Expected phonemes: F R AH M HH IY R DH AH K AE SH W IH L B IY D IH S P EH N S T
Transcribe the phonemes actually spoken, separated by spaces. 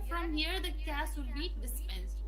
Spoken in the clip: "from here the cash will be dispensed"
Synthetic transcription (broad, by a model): F R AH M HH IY R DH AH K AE S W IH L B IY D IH S P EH N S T